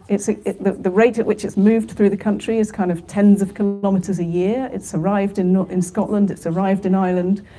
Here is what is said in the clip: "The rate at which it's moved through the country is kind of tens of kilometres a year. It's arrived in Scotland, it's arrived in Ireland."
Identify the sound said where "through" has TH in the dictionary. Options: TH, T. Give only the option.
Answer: TH